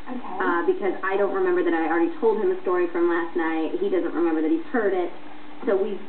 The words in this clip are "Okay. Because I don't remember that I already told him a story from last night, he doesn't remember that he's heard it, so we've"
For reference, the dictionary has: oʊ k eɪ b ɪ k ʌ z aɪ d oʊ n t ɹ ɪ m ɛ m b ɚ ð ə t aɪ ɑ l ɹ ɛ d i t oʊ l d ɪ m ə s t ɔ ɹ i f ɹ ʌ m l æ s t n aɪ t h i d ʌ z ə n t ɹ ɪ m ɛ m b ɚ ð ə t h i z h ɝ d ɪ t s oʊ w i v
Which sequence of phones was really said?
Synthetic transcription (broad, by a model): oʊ b ɪ k ʌ z aɪ d oʊ n t ɹ ɪ m ɛ m b ɚ ð ə t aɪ ɑ l ɹ ɛ d i t oʊ l d ɪ m ə s t ɔ ɹ i f ɹ ʌ m l æ s t n aɪ t h i d ʌ z ə n t ɹ ɪ m ɛ m b ɚ ð ə t h i z h ɝ d ɪ t s oʊ w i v